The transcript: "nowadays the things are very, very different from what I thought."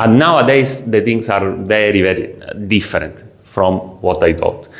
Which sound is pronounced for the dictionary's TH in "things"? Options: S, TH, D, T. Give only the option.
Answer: T